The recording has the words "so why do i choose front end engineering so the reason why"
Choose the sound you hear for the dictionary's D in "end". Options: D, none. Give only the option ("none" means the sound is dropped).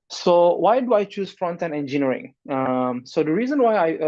none